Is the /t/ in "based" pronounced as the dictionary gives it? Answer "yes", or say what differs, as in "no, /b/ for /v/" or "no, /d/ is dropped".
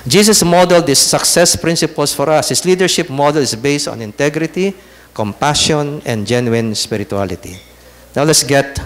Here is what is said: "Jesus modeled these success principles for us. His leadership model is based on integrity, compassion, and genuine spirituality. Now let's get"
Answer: yes